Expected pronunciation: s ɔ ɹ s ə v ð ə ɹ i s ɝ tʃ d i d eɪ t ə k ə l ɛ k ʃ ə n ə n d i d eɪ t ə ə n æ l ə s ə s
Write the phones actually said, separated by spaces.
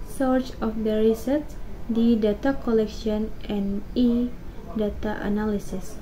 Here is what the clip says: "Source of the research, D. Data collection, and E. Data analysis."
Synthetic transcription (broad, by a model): s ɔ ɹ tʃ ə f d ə ɹ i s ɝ s d i d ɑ t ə k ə l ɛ k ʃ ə n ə n i d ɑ t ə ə n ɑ l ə s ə s